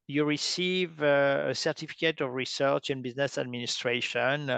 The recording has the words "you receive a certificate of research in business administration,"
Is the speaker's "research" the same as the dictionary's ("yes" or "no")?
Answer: yes